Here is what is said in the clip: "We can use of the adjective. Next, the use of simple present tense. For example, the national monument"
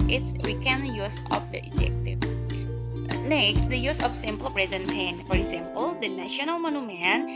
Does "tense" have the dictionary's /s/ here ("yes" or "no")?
no